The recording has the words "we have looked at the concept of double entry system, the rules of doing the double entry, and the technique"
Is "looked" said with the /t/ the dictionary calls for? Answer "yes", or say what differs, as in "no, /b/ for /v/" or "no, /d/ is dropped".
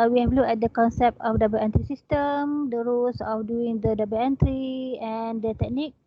no, /t/ is dropped